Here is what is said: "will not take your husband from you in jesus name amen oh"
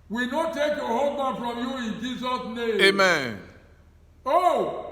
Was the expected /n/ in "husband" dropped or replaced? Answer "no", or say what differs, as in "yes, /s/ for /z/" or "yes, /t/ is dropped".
yes, /n/ is dropped